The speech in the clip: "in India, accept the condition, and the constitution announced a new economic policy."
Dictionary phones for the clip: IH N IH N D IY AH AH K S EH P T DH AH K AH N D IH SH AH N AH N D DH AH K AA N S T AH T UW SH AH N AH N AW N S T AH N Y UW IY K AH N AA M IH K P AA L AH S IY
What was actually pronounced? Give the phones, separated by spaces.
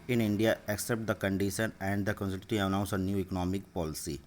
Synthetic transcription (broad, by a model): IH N IH N D IY AH AH K S EH P T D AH K AH N D IH SH AH N AH N D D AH K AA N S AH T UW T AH AH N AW N S AH N Y UW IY K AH N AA M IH K P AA L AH S IY